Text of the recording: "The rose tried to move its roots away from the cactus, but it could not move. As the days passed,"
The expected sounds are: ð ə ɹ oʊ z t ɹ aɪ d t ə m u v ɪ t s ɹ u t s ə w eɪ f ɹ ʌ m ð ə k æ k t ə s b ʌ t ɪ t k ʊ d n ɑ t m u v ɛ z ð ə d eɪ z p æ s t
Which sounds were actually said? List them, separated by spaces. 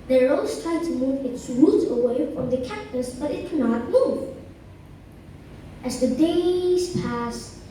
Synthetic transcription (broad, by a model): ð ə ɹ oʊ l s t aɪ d t ə m u v ɪ t s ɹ u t ə w eɪ f ɹ ʌ m ð ə k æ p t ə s b ʌ t ɪ t k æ n ɑ t m u v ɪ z ð ə d eɪ z p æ s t